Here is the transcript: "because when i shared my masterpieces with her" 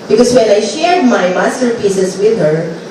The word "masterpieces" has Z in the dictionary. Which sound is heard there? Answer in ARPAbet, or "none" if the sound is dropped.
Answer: S